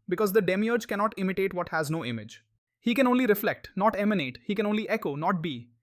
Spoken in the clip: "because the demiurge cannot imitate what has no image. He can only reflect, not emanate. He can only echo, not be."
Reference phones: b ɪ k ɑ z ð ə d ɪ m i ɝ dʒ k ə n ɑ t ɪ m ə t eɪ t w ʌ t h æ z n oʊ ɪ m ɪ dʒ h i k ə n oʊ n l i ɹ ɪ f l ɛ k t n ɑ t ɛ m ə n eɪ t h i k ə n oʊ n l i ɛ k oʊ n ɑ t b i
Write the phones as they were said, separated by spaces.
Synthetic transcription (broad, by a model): b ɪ k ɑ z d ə d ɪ m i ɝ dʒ k ə n ɑ t ɪ m ə t eɪ t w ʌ t h æ z n oʊ ɪ m ɪ dʒ h i k ə n oʊ n l i ɹ ɪ f l ɛ k t n ɑ t ɛ m ə n eɪ t h i k ə n oʊ n l i ɛ k oʊ n ɑ t b i